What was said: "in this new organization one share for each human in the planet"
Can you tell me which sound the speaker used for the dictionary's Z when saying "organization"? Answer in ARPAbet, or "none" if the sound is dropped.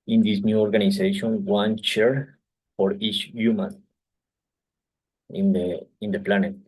S